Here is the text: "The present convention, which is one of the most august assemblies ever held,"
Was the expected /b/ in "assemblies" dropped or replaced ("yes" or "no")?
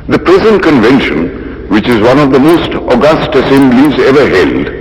yes